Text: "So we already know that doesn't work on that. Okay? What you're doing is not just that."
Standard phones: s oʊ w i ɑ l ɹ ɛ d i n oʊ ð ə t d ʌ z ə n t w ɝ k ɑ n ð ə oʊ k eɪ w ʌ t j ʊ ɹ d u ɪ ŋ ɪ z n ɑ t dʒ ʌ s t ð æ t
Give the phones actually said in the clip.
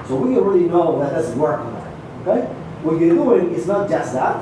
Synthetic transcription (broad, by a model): s oʊ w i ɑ n ɹ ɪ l i n oʊ ð ə t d ʌ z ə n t w ɝ k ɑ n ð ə oʊ k eɪ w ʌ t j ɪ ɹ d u ɪ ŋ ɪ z n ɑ t dʒ ʌ s t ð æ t